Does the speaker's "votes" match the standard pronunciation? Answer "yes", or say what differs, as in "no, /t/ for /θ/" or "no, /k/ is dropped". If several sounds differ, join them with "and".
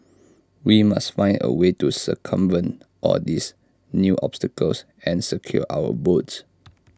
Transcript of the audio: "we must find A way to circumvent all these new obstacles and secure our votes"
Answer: no, /b/ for /v/